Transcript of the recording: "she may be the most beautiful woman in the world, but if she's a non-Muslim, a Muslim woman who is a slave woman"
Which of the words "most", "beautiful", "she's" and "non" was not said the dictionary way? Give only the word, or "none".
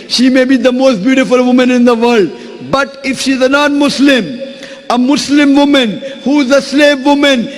none